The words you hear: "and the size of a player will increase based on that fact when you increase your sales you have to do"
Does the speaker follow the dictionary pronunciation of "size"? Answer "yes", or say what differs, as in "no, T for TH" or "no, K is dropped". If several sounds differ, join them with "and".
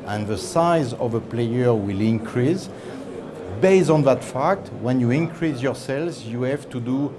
yes